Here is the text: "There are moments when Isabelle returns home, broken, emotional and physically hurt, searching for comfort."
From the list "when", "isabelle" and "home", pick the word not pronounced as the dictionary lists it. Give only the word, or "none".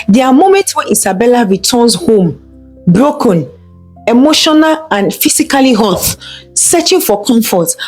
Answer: isabelle